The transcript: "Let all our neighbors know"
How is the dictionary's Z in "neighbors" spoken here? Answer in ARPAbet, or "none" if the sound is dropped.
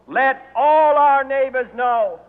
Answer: Z